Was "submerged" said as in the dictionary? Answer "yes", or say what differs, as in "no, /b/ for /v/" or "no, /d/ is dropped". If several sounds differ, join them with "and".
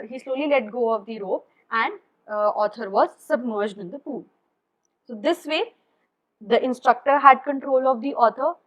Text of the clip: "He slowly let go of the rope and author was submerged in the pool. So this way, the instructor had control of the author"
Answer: yes